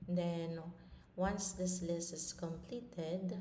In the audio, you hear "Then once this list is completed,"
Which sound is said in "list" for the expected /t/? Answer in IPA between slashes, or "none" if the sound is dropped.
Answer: none